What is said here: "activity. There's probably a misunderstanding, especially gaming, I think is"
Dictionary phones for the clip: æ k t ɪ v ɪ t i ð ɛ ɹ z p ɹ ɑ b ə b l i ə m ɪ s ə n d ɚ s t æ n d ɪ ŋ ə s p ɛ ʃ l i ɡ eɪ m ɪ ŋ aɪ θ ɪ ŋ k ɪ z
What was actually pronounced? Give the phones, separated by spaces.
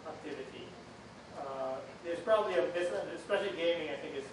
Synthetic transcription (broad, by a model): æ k t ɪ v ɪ t i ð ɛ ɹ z p ɹ ɑ b ə b l i ə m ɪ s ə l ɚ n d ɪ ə s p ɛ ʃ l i ɡ eɪ m ɪ ŋ aɪ θ ɪ ŋ k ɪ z